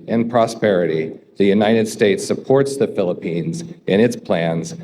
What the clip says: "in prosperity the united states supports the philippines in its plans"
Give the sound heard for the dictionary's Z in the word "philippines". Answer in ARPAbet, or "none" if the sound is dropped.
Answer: Z